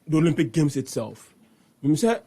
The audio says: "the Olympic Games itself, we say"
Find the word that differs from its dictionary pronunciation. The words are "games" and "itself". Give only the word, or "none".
games